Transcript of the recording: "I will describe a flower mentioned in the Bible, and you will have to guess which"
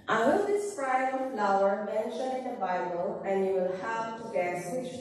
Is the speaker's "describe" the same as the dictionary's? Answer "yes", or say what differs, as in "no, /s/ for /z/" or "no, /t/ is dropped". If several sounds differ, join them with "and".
no, /b/ is dropped